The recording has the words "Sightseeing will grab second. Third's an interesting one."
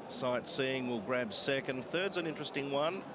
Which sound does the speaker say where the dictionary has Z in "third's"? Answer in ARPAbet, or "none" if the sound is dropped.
Z